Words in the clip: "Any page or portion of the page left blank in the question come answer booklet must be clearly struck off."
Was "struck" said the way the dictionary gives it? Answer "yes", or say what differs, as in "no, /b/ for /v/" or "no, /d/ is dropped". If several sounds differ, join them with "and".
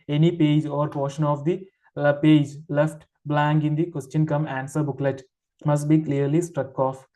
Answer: yes